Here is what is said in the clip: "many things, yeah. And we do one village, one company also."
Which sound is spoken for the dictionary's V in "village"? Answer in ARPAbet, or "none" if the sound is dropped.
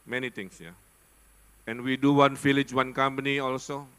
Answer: F